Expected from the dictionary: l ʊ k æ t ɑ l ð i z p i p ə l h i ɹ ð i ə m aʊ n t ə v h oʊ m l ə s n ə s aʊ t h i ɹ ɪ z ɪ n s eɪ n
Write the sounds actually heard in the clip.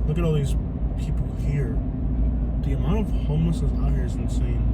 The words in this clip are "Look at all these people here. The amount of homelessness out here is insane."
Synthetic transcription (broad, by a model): l ʊ k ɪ t ɑ l ð i z p i p l h i ɹ ð i ə m aʊ n t ə v h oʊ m ə s ə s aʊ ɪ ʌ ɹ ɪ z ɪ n s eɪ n